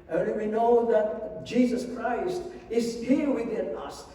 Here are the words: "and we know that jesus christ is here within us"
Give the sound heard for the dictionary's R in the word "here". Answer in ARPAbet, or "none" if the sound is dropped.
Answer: L